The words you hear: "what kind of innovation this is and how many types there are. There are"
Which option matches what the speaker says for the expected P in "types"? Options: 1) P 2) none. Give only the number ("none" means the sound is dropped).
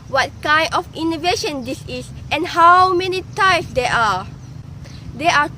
2